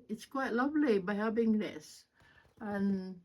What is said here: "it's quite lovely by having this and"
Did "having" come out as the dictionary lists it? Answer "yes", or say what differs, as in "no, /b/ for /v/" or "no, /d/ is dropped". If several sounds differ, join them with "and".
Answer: no, /p/ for /v/